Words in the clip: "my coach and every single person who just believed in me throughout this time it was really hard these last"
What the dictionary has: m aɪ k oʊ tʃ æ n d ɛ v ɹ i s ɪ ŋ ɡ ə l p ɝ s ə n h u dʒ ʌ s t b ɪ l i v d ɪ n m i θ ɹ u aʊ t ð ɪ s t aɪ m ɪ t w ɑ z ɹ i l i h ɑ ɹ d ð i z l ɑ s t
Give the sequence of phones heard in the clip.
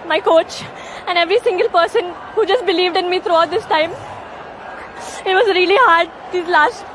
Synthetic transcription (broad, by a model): m aɪ k oʊ tʃ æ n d ɛ v ɹ i s ɪ ŋ ɡ ə l p ɝ s ə n h u dʒ ʌ s t b ɪ l i v d ɪ n m i t ɹ u aʊ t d ɪ s t aɪ m ɪ t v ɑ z ɹ i l i h ɑ ɹ d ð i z l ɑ s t